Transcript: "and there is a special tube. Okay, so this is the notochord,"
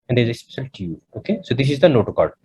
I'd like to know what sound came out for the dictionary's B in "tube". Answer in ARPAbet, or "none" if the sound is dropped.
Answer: none